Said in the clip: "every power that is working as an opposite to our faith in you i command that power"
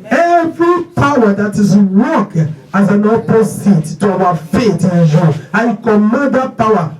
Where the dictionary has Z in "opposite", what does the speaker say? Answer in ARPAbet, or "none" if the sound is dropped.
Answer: S